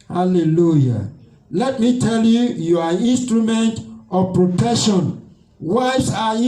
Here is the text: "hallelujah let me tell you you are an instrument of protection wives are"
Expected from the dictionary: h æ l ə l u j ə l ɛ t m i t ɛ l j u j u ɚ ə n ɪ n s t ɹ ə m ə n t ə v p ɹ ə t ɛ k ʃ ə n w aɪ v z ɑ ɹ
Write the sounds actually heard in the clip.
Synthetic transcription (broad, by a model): h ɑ l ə l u j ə l ɛ t m i t ɛ l j u j u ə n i n s t ɹ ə m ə n t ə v p ɹ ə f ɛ ʃ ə n w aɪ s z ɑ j